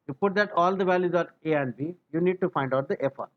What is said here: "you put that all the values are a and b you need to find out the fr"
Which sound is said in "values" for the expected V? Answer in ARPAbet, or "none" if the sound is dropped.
V